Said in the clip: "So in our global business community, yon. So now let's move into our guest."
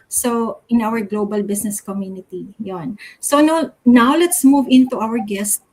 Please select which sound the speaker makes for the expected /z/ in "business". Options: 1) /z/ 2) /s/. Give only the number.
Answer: 2